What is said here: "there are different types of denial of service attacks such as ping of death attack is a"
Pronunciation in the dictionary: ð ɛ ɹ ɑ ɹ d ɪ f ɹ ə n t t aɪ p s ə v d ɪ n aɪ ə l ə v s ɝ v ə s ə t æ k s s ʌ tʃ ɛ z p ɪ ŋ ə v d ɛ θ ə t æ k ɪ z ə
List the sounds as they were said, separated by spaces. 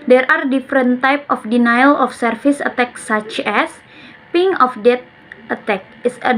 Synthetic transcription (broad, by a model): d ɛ ɹ ɑ ɹ d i f ɹ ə n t t aɪ p ə f d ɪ n aɪ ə l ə f s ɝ f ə s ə t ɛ k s s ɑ tʃ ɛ s p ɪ ŋ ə f d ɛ t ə t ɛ k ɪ s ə